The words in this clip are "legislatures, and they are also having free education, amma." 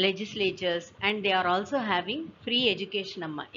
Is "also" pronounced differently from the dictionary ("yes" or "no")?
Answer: no